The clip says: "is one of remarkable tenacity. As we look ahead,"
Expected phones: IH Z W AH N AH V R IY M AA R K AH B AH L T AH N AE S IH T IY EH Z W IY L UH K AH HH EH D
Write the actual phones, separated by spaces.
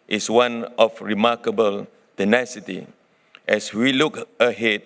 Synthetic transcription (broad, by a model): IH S W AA N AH F R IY M AA K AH B AH L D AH N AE S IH T IY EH S W IY L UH K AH HH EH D